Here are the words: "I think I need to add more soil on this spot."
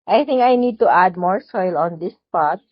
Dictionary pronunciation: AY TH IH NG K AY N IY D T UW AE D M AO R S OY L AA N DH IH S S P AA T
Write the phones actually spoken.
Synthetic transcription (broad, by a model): AY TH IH NG K AY N IY D T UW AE D M AO R S OY L AA N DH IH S S P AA T